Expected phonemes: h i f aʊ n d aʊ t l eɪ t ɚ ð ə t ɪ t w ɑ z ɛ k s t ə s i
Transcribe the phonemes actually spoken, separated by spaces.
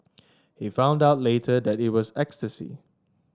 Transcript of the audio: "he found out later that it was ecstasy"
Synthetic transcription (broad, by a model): h i f aʊ n d aʊ t l eɪ t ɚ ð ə t ɪ t w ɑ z ɛ k s t ə s i